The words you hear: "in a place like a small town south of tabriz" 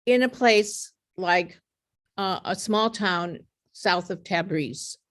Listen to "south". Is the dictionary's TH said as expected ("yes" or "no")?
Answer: yes